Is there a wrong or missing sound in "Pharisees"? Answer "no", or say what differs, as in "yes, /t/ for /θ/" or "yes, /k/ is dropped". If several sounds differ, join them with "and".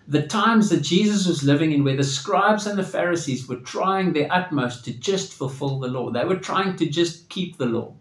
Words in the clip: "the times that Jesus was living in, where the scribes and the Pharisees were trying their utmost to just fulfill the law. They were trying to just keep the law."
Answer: no